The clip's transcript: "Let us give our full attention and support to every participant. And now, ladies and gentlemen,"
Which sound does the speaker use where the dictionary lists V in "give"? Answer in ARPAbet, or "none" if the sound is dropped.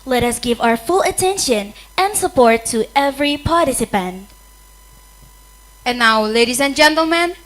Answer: V